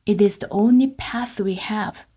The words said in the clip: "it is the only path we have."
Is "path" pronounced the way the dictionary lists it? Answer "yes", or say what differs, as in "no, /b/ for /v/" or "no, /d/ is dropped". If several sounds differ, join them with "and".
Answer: yes